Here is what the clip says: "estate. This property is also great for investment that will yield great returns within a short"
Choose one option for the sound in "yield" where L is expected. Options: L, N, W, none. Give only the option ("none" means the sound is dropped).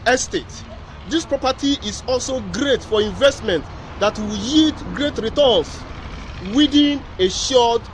none